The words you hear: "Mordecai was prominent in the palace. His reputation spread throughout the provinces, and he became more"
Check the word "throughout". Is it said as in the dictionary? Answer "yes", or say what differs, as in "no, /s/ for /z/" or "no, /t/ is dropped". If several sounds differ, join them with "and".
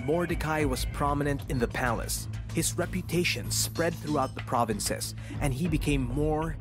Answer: yes